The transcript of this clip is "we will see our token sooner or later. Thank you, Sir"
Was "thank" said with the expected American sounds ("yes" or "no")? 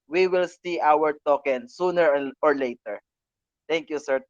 no